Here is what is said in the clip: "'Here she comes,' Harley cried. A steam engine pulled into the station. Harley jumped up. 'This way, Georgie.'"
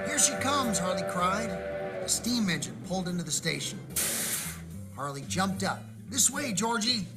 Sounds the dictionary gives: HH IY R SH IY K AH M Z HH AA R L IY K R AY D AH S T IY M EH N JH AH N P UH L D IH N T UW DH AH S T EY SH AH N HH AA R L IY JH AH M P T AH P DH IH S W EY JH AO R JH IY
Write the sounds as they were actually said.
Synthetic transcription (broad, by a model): HH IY R SH IY K AH M Z HH AA R L IY K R AY D AH S T IY M EH N JH AH N P UH L D IH N T UW DH AH S T EY SH AH N HH AA R L IY JH AH M P T AH P DH IH S W EY JH AO R JH IY